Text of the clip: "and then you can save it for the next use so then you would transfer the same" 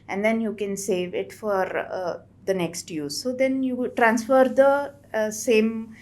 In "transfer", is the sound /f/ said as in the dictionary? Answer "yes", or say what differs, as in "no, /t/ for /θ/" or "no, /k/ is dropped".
yes